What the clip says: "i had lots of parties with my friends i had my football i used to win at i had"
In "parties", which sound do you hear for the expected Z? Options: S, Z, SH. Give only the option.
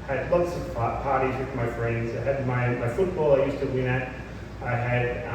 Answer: Z